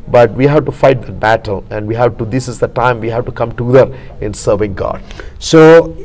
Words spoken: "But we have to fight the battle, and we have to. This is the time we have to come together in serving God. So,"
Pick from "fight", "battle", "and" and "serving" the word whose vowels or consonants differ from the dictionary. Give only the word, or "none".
none